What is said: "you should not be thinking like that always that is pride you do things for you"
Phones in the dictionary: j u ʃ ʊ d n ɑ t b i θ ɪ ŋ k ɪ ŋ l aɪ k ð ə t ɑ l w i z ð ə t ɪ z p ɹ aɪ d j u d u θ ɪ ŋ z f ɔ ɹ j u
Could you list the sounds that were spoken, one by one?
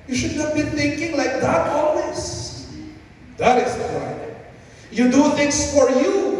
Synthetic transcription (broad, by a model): j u ʃ ʊ d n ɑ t b i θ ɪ ŋ k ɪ ŋ l aɪ k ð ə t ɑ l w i s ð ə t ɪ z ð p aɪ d j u d u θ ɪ ŋ s f ɔ ɹ j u